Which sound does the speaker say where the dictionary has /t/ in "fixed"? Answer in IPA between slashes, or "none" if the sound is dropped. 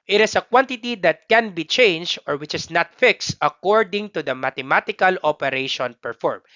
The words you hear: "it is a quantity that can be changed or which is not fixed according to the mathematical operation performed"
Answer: /t/